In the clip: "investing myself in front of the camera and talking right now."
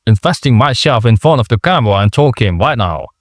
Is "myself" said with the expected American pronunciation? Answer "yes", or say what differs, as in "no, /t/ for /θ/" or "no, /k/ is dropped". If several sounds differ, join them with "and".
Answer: no, /ʃ/ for /s/